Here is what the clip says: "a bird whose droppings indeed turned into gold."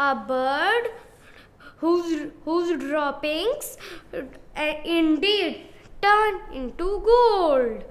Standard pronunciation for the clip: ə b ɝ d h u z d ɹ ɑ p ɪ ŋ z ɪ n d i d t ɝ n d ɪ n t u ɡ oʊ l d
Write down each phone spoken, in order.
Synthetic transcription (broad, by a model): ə b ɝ d h u z d ɹ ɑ p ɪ ŋ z ɪ n d i d t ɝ n ɪ n t u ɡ oʊ l d